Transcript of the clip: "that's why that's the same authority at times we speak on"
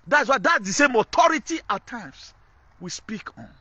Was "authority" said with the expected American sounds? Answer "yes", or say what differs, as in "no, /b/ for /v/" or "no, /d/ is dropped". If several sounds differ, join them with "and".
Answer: no, /t/ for /θ/